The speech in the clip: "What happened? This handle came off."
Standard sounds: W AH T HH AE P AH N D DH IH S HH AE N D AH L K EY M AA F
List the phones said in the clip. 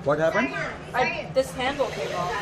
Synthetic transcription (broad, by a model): W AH T HH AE P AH N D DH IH S HH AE N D L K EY IH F